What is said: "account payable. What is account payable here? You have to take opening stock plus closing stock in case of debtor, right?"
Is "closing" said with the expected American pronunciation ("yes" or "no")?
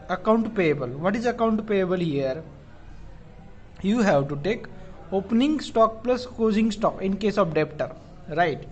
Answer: no